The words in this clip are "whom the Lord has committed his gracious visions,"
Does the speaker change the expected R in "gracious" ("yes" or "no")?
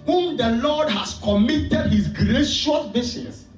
no